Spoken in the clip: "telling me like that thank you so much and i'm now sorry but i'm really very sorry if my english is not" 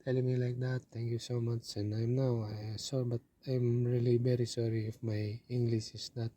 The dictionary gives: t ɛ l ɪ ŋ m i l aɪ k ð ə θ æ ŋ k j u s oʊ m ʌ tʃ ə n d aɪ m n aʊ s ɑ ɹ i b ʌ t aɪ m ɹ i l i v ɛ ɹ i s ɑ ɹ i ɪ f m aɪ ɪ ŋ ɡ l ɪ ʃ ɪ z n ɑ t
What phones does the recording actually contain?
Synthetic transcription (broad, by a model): ɛ l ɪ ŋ m i l aɪ k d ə t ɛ ŋ k j u s oʊ m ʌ tʃ ə n d aɪ m n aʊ s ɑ ɹ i b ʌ t aɪ m ɹ i l i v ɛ ɹ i s ɑ ɹ i ɪ f m aɪ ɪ ŋ ɡ l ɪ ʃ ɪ s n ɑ t